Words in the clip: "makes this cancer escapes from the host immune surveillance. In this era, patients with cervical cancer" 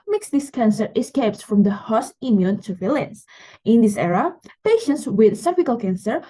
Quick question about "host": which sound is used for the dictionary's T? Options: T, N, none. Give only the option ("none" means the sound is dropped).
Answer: none